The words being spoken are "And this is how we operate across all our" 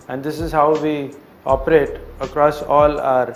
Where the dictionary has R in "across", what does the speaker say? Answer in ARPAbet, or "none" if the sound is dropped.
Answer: R